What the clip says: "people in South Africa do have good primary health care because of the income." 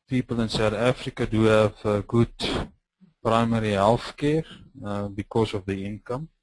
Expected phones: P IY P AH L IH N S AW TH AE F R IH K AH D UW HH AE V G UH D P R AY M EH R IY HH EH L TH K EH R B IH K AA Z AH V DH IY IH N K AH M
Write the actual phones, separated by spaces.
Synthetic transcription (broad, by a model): P IY P AH L IH N S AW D AE F R IH K AH D UW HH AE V G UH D P R AY M EH R IY HH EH L F K EH R B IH K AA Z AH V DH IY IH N K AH M